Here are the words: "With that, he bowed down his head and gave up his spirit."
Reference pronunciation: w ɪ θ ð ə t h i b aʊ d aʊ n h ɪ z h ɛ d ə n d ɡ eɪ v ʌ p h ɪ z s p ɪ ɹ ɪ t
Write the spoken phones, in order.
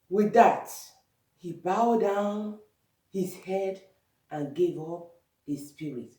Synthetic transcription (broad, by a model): w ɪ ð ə t h i b aʊ d aʊ n h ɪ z h ɛ d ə n ɡ eɪ v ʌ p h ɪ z s p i ɹ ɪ t